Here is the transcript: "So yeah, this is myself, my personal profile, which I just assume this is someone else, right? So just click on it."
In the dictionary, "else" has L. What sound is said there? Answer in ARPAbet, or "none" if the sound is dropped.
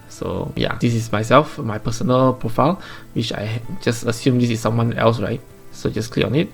L